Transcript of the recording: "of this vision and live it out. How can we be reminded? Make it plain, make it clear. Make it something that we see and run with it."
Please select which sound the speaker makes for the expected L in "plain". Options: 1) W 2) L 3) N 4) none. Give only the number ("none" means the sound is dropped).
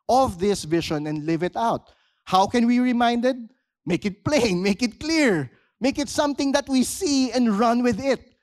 2